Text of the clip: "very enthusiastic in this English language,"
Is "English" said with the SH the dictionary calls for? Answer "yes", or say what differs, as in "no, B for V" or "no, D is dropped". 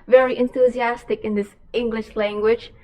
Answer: yes